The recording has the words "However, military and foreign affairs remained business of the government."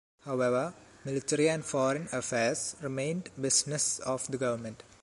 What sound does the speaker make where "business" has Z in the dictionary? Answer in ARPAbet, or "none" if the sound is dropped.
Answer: S